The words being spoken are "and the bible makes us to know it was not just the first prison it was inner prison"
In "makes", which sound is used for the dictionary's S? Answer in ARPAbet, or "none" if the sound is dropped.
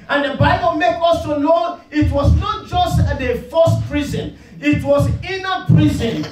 none